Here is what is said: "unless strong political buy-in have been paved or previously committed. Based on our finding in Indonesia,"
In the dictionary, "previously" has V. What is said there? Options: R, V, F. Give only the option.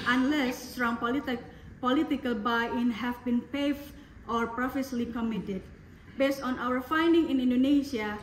F